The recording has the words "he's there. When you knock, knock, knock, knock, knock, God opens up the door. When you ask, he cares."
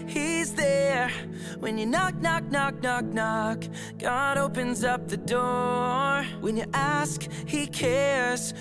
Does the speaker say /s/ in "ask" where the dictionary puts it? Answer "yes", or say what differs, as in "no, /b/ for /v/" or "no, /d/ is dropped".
yes